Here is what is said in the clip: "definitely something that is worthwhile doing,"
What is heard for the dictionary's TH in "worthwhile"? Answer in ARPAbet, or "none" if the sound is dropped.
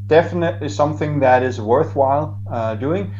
TH